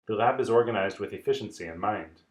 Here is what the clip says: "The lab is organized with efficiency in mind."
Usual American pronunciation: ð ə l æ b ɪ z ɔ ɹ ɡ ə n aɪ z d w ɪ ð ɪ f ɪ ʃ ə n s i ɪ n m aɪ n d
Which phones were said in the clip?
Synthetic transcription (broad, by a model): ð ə l æ b ɪ z ɔ ɹ ɡ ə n aɪ z d w ɪ ð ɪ f ɪ ʃ n s i ɪ n m aɪ n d